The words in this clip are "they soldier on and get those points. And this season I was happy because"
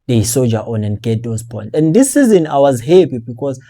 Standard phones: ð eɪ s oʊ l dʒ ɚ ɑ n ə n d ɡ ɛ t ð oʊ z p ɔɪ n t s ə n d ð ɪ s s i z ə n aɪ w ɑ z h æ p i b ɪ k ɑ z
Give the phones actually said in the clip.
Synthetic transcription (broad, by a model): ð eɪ s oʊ dʒ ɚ ɑ n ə n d ɡ ɛ t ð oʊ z p ɔɪ n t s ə n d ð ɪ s s i z ə n aɪ w ɑ z h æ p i b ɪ k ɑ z